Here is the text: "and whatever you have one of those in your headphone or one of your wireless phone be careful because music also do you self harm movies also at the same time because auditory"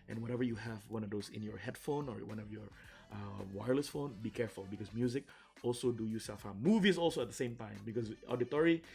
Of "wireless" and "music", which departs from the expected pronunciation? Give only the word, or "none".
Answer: none